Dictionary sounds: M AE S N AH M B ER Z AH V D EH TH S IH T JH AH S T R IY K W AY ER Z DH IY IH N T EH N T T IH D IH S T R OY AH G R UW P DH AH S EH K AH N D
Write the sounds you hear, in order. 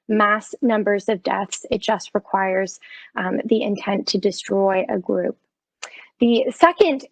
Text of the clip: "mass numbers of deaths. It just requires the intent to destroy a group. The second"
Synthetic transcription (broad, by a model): M AE S N AH M B ER Z AH V D EH TH S IH T JH AH S T R IY K W AY ER Z DH IY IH N T EH N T T IH D IH S T R OY AH G R UW P DH AH S EH K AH N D